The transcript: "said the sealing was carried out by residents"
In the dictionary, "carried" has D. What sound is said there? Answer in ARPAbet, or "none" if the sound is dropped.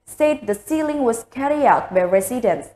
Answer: none